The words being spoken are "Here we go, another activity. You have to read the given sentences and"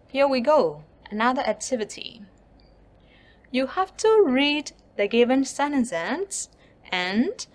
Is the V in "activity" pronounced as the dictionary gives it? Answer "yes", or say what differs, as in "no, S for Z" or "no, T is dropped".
yes